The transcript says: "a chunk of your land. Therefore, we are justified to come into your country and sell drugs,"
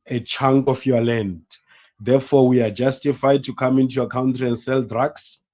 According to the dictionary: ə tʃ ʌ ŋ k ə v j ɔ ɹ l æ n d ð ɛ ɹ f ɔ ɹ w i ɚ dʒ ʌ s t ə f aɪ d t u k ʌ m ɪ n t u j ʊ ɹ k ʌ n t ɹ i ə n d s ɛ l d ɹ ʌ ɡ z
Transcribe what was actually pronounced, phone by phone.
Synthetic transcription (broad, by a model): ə tʃ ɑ ŋ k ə f j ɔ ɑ l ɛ n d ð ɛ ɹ f ɔ w i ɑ dʒ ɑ s t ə f aɪ d t u k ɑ m ɪ n t u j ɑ k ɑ n t ɹ i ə n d s ɛ l d ɹ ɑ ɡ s